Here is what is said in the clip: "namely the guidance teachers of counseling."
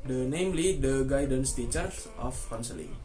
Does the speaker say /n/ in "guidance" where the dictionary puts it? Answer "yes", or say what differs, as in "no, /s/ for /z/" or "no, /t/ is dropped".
yes